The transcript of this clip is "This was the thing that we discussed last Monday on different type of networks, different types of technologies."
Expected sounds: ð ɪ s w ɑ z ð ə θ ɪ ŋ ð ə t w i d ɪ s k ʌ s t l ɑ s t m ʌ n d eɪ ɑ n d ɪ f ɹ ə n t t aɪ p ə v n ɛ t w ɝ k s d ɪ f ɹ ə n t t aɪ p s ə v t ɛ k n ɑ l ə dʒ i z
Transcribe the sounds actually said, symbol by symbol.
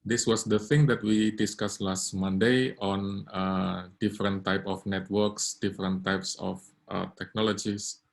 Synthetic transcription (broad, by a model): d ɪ s w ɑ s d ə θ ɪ ŋ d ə t w i d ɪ s k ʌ s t l ɑ s t m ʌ n d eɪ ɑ n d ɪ f ɹ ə n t t aɪ p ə f n ɛ t w ɝ k s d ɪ f ɹ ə n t t aɪ p s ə f t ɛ k n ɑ l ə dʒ i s